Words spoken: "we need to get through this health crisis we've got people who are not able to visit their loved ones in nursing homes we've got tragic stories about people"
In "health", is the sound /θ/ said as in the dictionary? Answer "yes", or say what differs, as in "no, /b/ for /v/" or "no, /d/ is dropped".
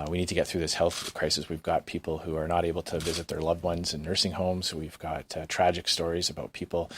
yes